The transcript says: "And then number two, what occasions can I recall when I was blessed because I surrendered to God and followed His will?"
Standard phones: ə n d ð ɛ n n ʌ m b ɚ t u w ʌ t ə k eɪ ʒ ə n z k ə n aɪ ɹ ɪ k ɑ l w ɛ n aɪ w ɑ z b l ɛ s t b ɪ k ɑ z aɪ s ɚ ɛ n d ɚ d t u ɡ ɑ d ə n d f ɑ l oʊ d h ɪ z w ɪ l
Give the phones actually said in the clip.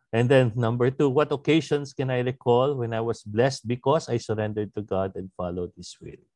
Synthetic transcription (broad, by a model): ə n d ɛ n n ʌ m b ɚ t u w ʌ t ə k eɪ ʃ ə n s k ə n aɪ ɹ ɪ k ɑ l w ɛ n aɪ w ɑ s b l ɛ s t b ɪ k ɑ s aɪ s ɚ ɛ n d ɚ d t u ɡ ɑ d ə n d f ɑ l oʊ d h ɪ s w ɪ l